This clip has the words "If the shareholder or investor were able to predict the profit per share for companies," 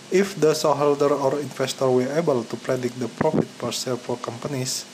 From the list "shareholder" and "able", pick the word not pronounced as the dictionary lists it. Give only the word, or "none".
shareholder